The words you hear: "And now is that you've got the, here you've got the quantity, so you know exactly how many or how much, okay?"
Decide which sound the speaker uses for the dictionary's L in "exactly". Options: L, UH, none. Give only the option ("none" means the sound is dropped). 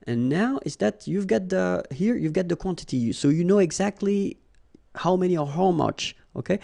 L